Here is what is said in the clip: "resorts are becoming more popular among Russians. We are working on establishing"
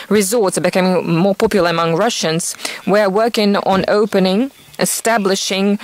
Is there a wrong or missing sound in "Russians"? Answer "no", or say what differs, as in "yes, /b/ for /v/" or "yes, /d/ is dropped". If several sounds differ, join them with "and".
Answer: no